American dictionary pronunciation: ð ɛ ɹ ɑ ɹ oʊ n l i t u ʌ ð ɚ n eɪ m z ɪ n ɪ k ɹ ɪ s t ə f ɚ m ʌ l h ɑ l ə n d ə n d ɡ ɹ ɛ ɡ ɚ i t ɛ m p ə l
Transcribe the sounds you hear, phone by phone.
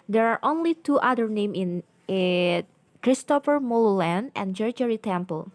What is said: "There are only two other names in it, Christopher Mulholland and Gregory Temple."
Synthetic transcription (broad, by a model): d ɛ ɹ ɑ ɹ oʊ n l i t u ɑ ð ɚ n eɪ m ɪ n ɪ k ɹ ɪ s t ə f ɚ m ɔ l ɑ l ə n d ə n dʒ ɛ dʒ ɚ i t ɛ m p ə l